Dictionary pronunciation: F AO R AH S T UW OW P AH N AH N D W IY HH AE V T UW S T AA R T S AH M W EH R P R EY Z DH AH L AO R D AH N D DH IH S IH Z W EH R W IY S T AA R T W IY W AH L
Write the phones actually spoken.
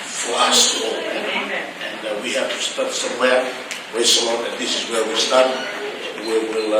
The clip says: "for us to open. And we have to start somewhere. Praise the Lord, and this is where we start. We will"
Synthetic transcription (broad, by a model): F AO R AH S T UW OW AH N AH N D W IY HH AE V T UW S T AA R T S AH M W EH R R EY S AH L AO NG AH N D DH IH S IH Z W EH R W IY S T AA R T W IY W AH L